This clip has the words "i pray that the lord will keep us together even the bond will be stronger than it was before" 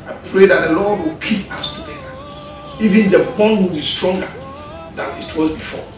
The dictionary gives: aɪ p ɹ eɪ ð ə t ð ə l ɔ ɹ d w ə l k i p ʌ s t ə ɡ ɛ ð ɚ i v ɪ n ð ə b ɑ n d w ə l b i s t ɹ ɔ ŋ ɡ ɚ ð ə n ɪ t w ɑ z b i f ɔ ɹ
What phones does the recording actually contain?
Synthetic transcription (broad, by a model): aɪ p ɹ eɪ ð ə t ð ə l ɔ d w ə l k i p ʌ s t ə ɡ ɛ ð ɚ i v ɪ n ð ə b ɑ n w ə l b i s t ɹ ɔ ŋ ɡ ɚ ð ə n ɪ t w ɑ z b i f ɔ